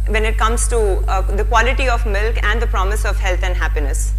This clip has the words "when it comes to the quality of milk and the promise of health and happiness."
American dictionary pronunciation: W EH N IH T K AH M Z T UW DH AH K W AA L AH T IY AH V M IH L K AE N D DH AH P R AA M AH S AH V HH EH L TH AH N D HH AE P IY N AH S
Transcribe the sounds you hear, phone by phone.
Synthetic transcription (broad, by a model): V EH N IH T K AH M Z T UW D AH K W AA L AH T IY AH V M IH L K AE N D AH P R AA M AH S AH V HH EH L T AH N D HH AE P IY N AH S